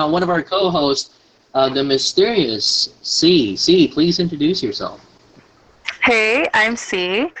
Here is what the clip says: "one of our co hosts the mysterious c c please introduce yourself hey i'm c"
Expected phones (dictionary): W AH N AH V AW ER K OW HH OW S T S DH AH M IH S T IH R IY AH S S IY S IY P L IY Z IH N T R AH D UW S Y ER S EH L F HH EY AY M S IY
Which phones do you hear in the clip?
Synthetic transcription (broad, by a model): W AH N AH V AW ER K OW HH OW S T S DH AH M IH S T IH R IY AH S S IY S IY P L IY Z IH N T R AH D UW S Y ER S EH L F HH EY AY M S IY